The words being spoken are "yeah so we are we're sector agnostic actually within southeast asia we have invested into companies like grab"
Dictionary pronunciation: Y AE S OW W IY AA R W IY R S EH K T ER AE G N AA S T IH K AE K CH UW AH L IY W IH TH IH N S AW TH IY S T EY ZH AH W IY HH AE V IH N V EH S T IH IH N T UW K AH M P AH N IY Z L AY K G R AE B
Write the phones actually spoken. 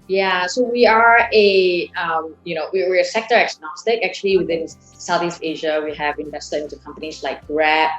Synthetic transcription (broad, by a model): Y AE S OW W IY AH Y W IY W S EH K T ER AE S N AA S T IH K AE K CH UW AH L IY W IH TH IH N S AW TH IY S T EY ZH AH W IY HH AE V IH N V EH S T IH IH N T UW K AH M P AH N IY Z L AY K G R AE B